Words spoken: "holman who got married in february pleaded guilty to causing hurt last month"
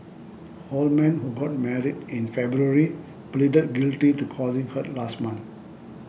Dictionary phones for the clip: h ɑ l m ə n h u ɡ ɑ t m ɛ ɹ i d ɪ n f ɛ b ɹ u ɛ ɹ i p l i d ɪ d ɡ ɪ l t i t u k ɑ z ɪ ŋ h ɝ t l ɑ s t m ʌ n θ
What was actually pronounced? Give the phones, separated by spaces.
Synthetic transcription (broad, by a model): h ɑ l m ə n h u ɡ ɑ t m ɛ ɹ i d ɪ n f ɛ b ɹ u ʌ ɹ i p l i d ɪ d ɡ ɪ l t i t u k ɑ z ɪ ŋ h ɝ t l ɑ s t m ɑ n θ